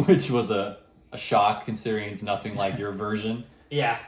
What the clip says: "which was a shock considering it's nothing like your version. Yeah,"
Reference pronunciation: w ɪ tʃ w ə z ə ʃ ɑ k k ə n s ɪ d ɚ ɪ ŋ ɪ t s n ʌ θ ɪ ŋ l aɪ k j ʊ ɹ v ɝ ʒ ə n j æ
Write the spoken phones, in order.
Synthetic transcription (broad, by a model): w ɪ tʃ w ə z ə ʃ ɑ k k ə n s ɪ d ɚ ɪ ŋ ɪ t n ʌ θ ɪ ŋ l aɪ k j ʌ ɹ v ɝ ʒ ə n j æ